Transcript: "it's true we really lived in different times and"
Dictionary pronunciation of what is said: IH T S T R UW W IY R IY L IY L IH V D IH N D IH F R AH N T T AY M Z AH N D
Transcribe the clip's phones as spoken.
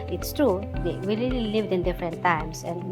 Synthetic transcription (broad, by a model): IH T S T R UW W IY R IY L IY L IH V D IH N D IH F R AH N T T AY M S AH N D